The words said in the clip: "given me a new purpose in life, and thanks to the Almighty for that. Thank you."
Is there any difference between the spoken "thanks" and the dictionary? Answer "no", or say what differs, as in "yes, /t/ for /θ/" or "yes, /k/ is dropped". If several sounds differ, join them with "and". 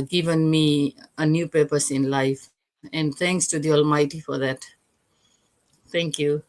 yes, /t/ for /θ/